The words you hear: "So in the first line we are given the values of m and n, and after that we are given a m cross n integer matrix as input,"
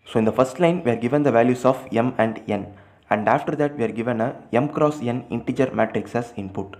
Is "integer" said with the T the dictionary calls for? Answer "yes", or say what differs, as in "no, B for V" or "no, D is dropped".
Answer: yes